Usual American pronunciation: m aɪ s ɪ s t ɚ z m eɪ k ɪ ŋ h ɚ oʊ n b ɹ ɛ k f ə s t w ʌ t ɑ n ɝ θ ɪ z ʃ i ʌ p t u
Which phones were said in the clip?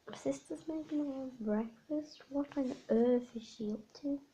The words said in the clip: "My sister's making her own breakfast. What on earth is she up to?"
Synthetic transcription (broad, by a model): s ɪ s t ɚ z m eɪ ɪ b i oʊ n b ɹ ɛ k f ə s t w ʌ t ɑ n ɝ θ ɪ z ʃ i ʌ p t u